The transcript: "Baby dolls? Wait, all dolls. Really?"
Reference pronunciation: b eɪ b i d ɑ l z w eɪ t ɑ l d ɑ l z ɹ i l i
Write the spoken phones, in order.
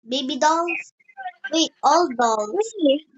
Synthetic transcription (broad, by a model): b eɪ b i d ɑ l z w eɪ ɑ l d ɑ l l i